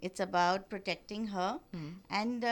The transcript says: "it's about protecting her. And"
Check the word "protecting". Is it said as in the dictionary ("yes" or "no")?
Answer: yes